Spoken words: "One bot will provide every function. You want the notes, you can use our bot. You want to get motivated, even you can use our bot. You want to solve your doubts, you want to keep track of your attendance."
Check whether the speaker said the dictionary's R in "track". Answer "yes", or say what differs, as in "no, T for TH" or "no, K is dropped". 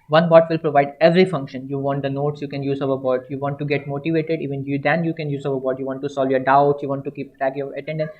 no, R is dropped